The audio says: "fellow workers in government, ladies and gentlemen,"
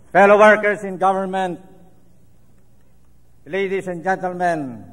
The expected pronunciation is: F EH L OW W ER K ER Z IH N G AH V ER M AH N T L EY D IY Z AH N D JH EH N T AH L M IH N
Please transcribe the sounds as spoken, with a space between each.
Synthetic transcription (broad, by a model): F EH L OW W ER K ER S IH N G AH V ER M AH N T L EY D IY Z AH N D JH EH N T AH L M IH N